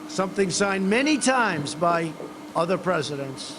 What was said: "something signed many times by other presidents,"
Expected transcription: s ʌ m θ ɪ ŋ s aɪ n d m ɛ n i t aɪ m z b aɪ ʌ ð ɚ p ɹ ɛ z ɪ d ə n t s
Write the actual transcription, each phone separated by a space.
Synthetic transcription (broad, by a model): s ʌ m θ ɪ ŋ s aɪ n m ɛ n i t aɪ m z b aɪ ʌ ð ɚ p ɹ ɛ z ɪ d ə n t s